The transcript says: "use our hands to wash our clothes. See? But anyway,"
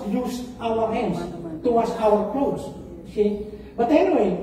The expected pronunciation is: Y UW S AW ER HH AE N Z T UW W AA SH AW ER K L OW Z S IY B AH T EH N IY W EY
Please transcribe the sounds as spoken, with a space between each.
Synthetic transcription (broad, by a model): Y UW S AW ER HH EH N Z T UW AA S AW ER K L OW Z S IY B AH T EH N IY W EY